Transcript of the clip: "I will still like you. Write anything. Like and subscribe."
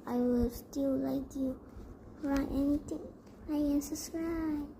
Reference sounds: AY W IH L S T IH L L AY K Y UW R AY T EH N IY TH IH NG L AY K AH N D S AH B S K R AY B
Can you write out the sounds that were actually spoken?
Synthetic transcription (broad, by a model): AY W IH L S T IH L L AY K Y UW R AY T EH N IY T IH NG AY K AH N S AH S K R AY